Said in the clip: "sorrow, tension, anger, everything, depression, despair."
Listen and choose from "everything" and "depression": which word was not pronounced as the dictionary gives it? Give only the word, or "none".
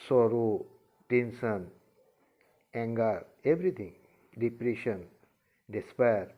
everything